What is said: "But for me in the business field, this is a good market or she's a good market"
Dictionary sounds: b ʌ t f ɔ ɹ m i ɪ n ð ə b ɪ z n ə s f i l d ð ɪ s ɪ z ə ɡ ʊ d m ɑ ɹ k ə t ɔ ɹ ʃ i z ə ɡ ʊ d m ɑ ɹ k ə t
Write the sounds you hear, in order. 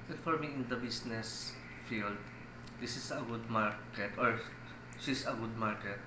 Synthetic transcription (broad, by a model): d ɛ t f ɔ ɹ m i ɪ n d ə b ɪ s n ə s f i l d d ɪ s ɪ s ə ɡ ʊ d m ɑ ɹ k ə t ɔ ɹ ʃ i s ə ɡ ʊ d m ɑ ɹ k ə t